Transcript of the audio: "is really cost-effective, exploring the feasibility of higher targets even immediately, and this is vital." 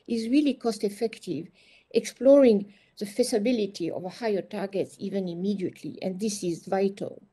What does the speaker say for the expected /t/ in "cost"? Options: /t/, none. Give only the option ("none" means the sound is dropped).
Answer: /t/